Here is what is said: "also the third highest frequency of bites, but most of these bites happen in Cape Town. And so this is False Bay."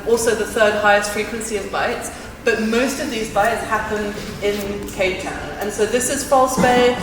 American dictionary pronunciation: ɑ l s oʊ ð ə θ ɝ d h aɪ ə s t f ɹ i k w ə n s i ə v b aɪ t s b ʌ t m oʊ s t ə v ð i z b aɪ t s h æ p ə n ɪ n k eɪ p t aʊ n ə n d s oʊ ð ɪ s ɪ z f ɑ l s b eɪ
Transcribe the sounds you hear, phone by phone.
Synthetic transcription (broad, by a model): ɑ l s oʊ ð ə θ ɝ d h aɪ ə s t f ɹ i k w ə n s i ə v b aɪ t s b ʌ t m oʊ s t ə v ð i z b aɪ t s h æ p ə n ɪ n k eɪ t aʊ n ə n s oʊ ð ɪ s ɪ z f ɑ l s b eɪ